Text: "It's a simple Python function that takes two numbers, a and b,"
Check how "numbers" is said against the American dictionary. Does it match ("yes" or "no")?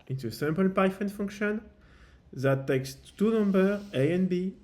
no